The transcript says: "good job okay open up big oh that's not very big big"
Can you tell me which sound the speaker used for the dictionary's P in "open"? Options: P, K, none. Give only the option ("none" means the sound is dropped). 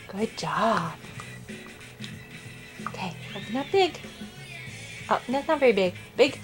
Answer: none